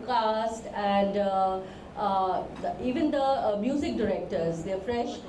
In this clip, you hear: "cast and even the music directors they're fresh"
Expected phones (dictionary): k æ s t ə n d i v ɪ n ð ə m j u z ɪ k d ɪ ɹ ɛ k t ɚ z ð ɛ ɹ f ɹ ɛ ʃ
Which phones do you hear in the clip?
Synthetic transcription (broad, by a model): k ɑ s t ə n d i v ɪ n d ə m j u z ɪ k d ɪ ɹ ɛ k t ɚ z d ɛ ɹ f ɹ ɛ ʃ